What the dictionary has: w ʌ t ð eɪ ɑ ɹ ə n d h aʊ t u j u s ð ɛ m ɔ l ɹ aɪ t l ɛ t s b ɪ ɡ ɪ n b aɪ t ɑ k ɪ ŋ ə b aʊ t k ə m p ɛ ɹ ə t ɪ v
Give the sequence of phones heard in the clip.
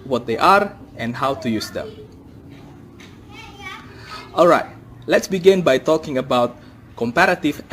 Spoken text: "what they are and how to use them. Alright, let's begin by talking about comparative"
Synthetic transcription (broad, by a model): w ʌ t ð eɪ ɑ ɹ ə n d h aʊ t u j u s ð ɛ m ɔ l ɹ aɪ t l ɛ t s b ɪ ɡ ɪ n b aɪ t ɑ k ɪ ŋ ə b aʊ t k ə m p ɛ ɹ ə t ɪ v